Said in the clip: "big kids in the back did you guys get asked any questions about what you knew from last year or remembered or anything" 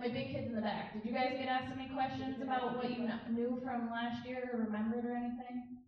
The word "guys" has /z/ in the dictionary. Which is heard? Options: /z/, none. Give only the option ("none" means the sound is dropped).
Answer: /z/